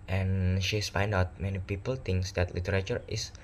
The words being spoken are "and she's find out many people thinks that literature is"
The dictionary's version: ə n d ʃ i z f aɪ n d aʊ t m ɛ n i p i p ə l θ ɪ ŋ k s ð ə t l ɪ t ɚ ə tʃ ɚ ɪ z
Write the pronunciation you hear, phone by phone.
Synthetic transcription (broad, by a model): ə n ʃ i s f aɪ n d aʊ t m ɛ n i p i p ə l t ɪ ŋ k s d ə t l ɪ t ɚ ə tʃ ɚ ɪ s